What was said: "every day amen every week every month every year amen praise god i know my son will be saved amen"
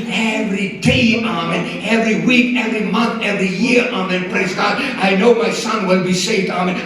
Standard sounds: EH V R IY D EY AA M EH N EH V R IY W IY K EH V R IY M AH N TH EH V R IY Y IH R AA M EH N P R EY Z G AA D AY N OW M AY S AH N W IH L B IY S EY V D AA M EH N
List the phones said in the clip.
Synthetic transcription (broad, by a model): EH V R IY D EY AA M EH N EH V R IY W IY K EH V R IY M AH N TH EH V R IY Y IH R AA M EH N P R EY Z G AA D AY N OW M AY S AH N W IH L B IY S EY V D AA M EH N